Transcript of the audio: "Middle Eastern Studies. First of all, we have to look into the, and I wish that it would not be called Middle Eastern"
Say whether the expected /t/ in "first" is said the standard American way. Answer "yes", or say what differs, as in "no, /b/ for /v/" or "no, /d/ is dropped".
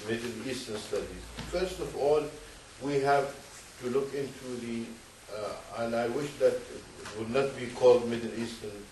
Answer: yes